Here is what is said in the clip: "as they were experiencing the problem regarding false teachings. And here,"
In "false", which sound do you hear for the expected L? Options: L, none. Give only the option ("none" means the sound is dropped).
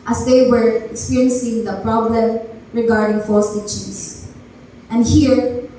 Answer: none